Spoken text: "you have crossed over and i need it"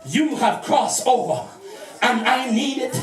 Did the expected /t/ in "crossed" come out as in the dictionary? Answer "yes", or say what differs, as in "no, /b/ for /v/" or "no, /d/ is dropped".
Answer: no, /t/ is dropped